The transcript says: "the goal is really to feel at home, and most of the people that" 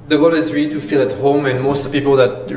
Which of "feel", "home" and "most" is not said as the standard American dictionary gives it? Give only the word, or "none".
most